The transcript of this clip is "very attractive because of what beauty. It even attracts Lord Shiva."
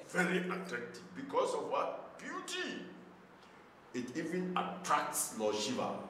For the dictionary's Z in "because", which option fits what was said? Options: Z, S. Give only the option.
S